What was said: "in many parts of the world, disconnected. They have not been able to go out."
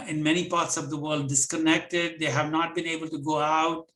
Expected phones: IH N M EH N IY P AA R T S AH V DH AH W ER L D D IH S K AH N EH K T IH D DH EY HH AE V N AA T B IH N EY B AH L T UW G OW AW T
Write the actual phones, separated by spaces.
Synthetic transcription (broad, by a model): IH N M EH N IY P AA R T S AH V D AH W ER L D D IH S K AH N EH K T IH D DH EY HH AE V N AA T B IH N EY B AH L T UW G OW AW T